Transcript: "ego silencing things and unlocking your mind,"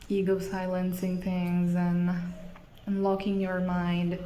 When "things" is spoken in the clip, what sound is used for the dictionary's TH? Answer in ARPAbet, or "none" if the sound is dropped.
TH